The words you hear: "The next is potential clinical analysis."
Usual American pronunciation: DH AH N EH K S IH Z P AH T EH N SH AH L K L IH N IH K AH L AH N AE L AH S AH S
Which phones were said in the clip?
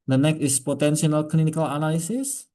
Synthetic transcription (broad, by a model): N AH N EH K IH S P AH T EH N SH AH L K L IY N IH K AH L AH N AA L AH S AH S